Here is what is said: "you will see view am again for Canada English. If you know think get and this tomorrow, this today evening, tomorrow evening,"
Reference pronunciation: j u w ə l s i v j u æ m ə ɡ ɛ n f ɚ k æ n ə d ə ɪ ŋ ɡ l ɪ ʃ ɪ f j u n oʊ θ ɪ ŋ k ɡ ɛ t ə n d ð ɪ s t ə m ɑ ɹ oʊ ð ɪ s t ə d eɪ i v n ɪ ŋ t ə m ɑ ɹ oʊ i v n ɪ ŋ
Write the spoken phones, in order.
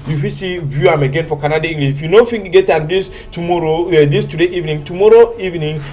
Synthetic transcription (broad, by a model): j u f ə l s i v j u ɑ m ə ɡ ɛ n f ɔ k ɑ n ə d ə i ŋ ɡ l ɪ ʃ j u n oʊ f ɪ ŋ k ɡ ɛ t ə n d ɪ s t ə m ɑ ɹ oʊ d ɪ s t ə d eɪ i v n ɪ ŋ t ə m ɑ ɹ oʊ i v n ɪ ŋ